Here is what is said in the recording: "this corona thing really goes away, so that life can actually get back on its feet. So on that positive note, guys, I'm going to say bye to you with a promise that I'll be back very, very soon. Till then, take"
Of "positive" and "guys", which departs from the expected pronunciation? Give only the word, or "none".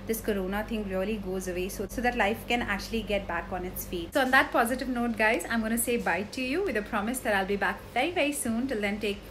none